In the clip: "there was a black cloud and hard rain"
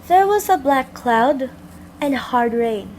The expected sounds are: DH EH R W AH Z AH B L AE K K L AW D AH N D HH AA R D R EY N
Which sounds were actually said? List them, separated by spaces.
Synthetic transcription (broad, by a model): DH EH R W AH Z AH B L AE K K L AW D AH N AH HH AA R D R EY N